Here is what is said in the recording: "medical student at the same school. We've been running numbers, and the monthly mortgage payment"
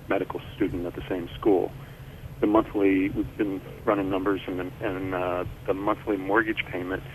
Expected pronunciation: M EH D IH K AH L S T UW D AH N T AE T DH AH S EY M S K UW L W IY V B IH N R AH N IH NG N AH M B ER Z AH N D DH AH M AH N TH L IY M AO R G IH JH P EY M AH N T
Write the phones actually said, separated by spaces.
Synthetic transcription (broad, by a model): M EH D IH K L S T UW D N T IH T DH AH S EY M S K UW L W IY V B IH N R AH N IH N AH M B ER Z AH N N DH AH M AH N TH L IY M AO R G IH JH P EY M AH N T